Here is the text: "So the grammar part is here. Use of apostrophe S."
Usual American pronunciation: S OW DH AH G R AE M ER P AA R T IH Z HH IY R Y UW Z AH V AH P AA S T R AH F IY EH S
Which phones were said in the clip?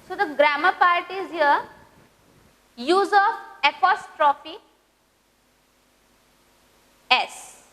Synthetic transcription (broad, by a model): S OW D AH G R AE M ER P AA R T IH Z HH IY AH Y UW Z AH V AH P AA S T R AH F IY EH S